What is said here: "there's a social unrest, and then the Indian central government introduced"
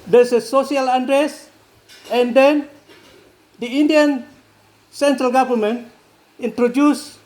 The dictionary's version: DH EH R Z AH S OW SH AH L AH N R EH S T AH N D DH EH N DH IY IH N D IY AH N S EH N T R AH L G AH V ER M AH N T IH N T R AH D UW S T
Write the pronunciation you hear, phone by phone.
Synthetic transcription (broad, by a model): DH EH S AH S OW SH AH L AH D R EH S AH N D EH N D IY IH N D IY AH N S EH N T R AH L G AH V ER M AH N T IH N T R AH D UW S